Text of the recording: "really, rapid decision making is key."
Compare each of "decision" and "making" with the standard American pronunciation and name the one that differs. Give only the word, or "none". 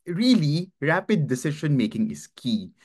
decision